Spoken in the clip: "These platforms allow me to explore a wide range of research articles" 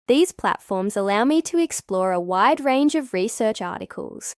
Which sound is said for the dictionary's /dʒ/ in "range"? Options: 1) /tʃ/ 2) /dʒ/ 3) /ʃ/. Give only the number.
2